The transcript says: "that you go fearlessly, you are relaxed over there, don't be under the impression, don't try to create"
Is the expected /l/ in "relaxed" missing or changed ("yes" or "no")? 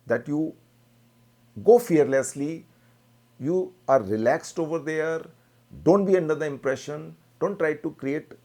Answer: no